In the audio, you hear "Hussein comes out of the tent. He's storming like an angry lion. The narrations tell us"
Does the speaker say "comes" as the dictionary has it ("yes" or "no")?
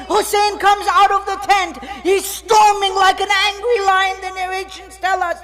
yes